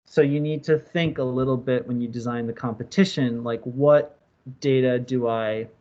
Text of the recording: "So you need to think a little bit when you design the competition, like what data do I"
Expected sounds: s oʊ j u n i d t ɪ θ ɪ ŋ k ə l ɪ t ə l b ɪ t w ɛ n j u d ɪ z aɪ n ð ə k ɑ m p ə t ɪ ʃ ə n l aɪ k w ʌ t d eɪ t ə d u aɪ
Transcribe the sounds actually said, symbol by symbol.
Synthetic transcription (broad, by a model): s oʊ j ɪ n i d t ɪ θ ɪ ŋ k ə l ɪ t l b ɪ t w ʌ n j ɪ d ɪ z aɪ n ð ə k ɑ m p ə t ɪ ʃ ə n l aɪ k w ʌ t d eɪ t ə d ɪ aɪ